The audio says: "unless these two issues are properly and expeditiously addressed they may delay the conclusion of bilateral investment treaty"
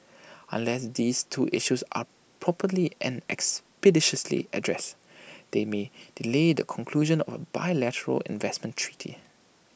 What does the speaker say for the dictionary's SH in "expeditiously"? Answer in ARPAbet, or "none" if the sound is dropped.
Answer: SH